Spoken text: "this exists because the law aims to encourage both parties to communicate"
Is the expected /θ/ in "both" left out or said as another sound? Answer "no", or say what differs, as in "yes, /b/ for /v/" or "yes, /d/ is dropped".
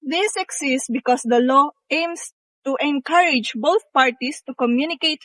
yes, /t/ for /θ/